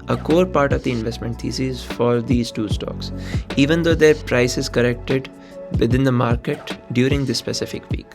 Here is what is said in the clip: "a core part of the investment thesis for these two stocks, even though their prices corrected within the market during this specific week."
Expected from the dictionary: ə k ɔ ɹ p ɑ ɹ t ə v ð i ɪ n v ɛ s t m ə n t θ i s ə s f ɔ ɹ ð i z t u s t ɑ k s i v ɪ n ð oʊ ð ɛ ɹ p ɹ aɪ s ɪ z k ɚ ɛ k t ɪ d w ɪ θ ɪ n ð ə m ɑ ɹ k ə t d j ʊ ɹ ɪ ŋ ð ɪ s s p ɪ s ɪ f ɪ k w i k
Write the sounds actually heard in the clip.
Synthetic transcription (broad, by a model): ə k ɔ ɹ p ɑ ɹ t ə v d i ɪ n v ɛ s t m ə n t t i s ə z f ɔ ɹ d i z t u s t ɑ k s i v ɪ n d oʊ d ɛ ɹ p ɹ aɪ s ɪ z k ɚ ɛ k t ɪ d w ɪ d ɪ n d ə m ɑ ɹ k ə t d j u ɹ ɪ ŋ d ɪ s s p ɪ s ɪ f ɪ k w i k